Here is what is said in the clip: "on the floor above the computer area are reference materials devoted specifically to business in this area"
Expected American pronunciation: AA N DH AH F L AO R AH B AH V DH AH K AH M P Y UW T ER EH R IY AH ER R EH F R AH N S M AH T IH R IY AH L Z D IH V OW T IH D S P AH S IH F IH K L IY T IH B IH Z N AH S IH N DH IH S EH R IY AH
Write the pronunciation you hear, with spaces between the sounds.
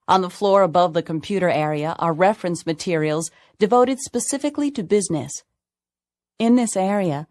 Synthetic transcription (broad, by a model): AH N DH AH F L AO R AH B AH V DH AH K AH M P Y UW T ER EH R IY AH ER R EH F R AH N S M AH T IH R IY L Z D IH V OW T IH D S P AH S IH F IH K L IY T IH B IH Z N AH S IH N DH IH S EH R IY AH